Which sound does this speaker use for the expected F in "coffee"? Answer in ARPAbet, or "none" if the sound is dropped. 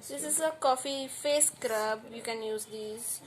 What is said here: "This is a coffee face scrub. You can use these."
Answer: F